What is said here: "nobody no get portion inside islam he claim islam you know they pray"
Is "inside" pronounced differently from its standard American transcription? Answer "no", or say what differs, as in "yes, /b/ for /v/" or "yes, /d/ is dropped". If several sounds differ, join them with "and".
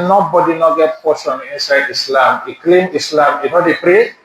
no